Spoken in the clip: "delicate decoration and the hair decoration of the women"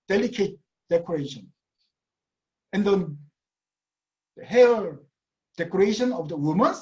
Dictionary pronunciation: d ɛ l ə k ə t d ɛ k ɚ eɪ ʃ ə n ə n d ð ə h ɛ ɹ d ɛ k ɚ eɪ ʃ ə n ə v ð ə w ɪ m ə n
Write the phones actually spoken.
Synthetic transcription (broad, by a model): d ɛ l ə k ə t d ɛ k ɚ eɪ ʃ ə n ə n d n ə h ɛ l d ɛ k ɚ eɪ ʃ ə n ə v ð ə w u m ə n